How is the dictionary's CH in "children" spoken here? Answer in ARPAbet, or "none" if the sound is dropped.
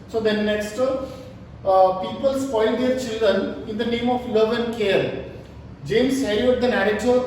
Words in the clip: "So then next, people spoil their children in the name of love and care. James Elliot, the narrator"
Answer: CH